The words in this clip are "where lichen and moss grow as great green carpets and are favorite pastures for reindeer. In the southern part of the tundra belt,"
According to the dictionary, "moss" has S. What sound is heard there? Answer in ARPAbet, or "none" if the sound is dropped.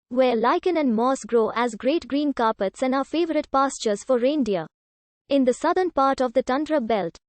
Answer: S